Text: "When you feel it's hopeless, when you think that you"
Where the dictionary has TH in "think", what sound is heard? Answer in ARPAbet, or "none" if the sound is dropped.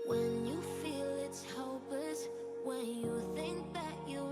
TH